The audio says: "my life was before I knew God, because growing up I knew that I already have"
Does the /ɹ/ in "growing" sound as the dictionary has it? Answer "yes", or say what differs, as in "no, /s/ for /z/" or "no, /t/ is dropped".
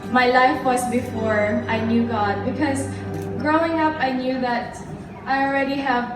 yes